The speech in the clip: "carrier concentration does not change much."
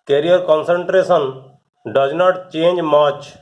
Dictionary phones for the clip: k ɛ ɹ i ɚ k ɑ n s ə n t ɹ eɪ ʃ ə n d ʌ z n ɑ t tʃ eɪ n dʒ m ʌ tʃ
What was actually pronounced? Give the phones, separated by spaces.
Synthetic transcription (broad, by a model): k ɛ ɹ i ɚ k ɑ n s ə n t ɹ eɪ s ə n d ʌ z n ɑ t tʃ eɪ n dʒ m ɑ tʃ